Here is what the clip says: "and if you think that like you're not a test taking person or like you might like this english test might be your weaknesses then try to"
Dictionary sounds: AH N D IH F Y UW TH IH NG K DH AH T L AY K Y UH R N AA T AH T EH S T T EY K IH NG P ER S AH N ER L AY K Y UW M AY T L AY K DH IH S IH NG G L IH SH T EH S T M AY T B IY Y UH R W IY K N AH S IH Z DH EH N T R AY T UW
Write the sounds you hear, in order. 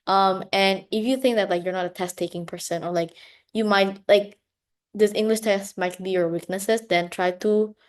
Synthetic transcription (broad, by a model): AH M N IH F Y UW TH IH NG K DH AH T L AY K Y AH R N AA T AH T EH S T T EY K IH NG P ER S AH N ER L AY K Y UW M AY T L AY K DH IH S IH NG G L IH SH T EH S T M AY T B IY Y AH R W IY K N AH S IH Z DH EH N T R AY T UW